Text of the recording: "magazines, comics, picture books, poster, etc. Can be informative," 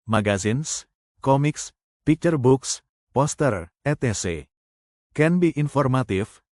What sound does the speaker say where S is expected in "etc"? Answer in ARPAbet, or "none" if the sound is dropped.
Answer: none